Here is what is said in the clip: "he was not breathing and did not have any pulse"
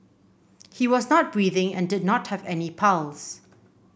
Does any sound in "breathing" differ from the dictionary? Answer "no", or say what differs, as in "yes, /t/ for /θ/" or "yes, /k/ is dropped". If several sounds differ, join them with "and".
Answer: no